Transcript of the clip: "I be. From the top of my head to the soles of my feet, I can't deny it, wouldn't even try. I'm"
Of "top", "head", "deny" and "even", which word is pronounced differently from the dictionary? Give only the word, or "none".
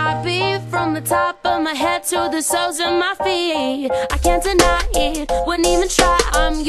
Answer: none